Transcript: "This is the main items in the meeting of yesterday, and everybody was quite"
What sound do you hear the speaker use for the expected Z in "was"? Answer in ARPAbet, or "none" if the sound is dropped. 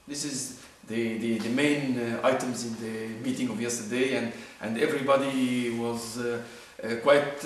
Z